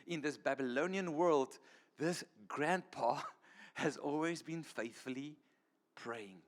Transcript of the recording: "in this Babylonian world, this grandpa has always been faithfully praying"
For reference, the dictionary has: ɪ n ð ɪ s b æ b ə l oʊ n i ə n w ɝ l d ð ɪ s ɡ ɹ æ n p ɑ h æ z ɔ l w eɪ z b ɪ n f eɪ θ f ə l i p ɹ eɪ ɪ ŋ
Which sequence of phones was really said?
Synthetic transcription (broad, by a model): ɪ n ð ɪ s b æ b ə l oʊ n i ə n w ɝ l d ð ɪ s ɡ ɹ æ n p ɑ h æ z ɔ l w eɪ z b ɪ n f eɪ θ f ə l i p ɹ eɪ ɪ ŋ